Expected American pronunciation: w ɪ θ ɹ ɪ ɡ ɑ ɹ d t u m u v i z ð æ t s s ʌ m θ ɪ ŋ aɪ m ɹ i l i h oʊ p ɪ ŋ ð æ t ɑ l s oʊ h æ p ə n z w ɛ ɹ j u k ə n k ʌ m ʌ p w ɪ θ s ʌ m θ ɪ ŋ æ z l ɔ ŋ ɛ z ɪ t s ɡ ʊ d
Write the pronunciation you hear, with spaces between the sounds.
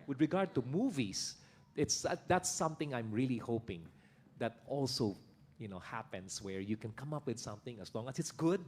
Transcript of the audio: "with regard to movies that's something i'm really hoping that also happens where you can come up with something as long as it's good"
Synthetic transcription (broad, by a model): w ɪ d ɹ ɪ ɡ ɑ ɹ d t u m u v i s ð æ t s s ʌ m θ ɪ ŋ aɪ m ɹ i l i h oʊ p ɪ ŋ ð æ t ɑ l s oʊ h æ p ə n s w ɛ ɹ j u k ə n k ʌ m ʌ p w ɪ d s ʌ m θ ɪ ŋ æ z l ɔ ŋ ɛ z ɪ t s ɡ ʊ d